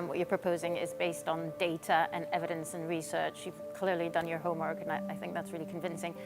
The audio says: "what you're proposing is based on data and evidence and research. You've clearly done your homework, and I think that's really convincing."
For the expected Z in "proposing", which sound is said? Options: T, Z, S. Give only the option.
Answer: Z